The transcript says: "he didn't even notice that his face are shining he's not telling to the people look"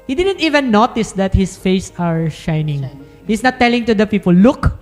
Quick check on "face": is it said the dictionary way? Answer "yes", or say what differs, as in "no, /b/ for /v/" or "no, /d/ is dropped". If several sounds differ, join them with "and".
yes